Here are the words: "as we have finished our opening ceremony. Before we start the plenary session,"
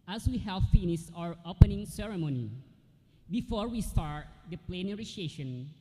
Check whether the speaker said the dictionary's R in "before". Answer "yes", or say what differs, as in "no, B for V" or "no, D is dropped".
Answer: yes